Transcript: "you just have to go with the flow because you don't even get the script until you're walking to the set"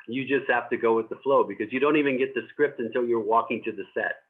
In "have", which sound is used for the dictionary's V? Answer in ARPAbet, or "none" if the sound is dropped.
F